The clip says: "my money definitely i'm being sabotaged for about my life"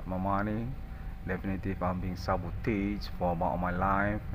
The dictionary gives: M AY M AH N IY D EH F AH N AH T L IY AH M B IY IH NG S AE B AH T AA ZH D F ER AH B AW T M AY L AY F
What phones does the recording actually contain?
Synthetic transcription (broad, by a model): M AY M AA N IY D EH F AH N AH T IY AH M B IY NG S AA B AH T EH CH F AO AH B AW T M AY L AY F